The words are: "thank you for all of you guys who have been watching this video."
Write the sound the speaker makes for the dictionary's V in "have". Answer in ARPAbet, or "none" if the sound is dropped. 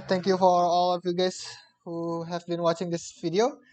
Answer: V